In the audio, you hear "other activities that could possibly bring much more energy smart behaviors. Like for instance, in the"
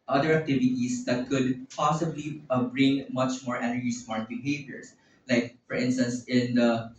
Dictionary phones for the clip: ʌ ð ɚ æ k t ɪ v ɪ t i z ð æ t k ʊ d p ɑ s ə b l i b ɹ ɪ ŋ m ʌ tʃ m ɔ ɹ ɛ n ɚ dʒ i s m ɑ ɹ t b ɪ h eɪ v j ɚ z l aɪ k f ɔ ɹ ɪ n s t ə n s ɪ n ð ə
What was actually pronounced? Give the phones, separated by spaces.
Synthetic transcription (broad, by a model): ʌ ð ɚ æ k t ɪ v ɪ t i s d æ t k ʊ d p ɑ s ə b l i b ɹ ɪ ŋ m ʌ tʃ m ɔ ɹ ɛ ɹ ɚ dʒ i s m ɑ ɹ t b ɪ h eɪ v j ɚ s l aɪ k f ɔ ɹ ɪ n s t ə n s ɪ n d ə